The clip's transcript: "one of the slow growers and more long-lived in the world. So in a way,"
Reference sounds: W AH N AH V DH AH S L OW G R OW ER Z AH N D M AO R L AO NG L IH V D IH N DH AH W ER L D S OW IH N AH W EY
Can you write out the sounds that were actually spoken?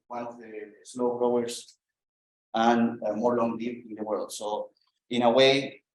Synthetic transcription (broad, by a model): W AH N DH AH S L OW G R OW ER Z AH N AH M AO R L AO NG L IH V IH N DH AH W ER L D S OW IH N AH W EY